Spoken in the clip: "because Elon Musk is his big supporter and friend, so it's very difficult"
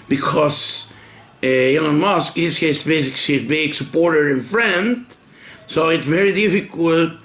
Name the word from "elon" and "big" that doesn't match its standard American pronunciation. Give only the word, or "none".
elon